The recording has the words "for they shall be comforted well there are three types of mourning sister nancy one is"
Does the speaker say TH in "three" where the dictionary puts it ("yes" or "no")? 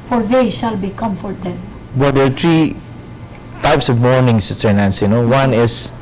no